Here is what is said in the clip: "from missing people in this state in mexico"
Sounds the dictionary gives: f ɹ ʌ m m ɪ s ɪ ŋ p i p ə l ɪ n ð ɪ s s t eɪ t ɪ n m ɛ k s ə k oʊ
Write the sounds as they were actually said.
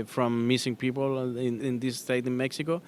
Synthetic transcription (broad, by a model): f ɹ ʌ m m ɪ s ɪ ŋ p i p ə n ɪ n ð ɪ s s t eɪ t ɪ n m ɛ k s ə k oʊ